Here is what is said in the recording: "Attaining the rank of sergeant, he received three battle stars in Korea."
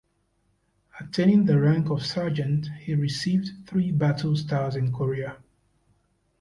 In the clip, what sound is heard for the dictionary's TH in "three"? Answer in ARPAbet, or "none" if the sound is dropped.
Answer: TH